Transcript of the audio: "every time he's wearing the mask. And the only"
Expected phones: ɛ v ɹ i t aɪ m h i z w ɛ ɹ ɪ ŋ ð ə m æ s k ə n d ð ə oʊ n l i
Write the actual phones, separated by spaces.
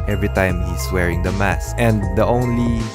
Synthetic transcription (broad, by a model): ɛ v ɹ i t aɪ m h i s w ɛ ɹ ɪ ŋ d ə m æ s ə n d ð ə oʊ n l i